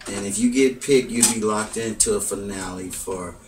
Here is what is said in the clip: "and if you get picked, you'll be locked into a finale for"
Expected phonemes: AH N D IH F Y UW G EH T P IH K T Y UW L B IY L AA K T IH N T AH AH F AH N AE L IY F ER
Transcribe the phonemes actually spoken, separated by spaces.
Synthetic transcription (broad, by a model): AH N IH F Y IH G EH T P IH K Y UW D B IY L AA K T IH N T AH AH F AH N AE L IY F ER